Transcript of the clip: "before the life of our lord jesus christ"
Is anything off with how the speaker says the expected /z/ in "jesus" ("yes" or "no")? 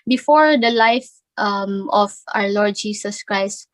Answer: yes